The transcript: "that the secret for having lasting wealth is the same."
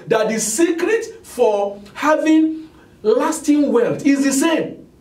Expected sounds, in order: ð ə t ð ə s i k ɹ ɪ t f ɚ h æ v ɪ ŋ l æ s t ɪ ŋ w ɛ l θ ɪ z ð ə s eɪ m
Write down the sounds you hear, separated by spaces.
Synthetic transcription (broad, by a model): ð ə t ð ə s i k ɹ ɪ t f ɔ h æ v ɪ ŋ l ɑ s t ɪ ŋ w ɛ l t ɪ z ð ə s eɪ m